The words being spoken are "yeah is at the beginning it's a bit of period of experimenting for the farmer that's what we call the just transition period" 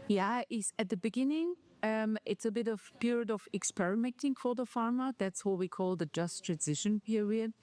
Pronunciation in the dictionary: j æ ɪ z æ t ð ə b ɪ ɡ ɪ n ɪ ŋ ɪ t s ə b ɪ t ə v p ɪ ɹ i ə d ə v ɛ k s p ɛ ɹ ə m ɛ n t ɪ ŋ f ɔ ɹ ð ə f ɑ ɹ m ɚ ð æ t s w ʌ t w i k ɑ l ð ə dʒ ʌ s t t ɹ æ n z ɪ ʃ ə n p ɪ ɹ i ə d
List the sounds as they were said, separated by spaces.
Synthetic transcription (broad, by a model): j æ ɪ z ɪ t ð ə b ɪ ɡ ɪ n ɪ ŋ ɪ t s ə b ɪ t ə v p ɪ ɹ i ə d ə v ɛ k s p ɛ ɹ ə m ɛ n t ɪ ŋ f ɔ ɹ ð ə f ɑ ɹ m ɚ ð æ t s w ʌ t w i k ɑ l ð ə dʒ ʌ s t t ɹ æ n z ɪ ʃ ə n p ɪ ɹ i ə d